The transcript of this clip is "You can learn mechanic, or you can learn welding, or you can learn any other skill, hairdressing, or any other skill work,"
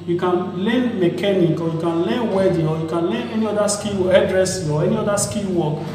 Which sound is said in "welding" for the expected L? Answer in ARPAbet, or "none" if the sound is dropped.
none